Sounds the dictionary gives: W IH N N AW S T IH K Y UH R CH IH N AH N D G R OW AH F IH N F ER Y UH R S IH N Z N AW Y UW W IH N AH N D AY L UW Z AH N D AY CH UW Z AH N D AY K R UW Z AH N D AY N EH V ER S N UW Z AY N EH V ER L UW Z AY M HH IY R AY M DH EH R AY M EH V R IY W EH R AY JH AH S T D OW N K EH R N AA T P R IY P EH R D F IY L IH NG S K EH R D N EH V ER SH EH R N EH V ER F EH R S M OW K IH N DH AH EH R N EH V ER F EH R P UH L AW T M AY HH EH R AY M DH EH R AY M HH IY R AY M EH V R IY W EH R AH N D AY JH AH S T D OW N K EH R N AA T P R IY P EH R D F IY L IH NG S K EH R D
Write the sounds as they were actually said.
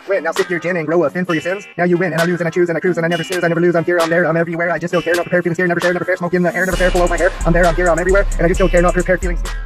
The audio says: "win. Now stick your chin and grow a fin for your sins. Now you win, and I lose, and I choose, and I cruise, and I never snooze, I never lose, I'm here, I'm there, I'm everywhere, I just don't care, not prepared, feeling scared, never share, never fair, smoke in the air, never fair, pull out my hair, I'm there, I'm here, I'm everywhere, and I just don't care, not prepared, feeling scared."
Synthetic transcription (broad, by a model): W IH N N AW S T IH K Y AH R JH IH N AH N G R OW AH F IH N F ER Y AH R S IH N Z N AW Y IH W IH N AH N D AY L UW Z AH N AY CH UW Z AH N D AY K R UW Z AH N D AY N EH V ER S UW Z AY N EH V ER L UW Z AY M HH IY R AY M DH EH R AY M EH V R IY W EH R AY JH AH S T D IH L K EH R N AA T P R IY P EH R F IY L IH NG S IY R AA N EH V ER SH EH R N EH V ER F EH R S M OW K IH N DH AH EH R N EH V ER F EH R F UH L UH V M AY HH EH R AY M DH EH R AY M HH IY R AY M EH V R IY W EH R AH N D AY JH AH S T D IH L K EH R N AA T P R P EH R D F IY L IH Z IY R